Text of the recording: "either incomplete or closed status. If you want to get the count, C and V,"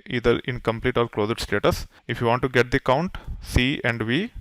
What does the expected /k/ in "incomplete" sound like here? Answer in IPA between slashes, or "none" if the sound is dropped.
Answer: /k/